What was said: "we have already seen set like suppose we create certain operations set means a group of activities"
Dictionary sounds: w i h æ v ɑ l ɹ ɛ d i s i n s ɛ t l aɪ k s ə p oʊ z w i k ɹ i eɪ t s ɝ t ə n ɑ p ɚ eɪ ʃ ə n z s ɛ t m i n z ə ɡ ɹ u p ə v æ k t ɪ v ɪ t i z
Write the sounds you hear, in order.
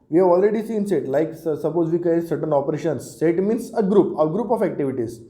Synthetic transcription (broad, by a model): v i h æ v ɑ l ɹ ɛ d i s i n s ɛ t l aɪ k s ə p oʊ z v i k i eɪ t s ɝ t ə n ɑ p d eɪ ʃ ə n s ɛ t m i n s ə ɡ ɹ u p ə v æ k t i v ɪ t i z